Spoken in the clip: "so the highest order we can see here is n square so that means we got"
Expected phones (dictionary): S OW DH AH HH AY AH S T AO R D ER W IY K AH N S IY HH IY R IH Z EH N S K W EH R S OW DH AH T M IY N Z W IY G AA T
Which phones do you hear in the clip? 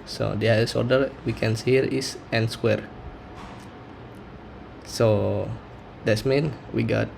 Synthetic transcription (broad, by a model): S OW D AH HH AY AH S AO R D ER W IY K AH N S IY HH IY R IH S EH N S K W EH R S OW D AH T M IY N W IY G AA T